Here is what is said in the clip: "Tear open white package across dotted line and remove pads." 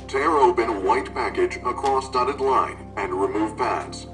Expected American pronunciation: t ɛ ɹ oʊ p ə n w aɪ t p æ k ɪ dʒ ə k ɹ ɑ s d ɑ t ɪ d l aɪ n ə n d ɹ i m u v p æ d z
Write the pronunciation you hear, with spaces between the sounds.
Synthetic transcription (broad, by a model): t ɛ ɹ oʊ b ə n w aɪ t p æ k ɪ dʒ ə k ɹ ɑ s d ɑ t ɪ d l aɪ n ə n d ɹ i m u v p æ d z